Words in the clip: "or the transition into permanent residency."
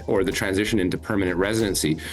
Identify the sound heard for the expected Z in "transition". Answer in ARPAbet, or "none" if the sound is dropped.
Z